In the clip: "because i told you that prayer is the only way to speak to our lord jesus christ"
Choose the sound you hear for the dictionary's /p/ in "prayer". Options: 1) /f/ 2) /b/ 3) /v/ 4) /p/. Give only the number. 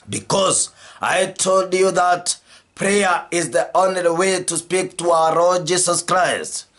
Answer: 4